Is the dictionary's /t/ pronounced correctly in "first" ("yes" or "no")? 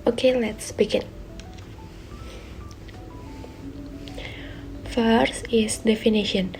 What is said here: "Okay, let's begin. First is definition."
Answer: no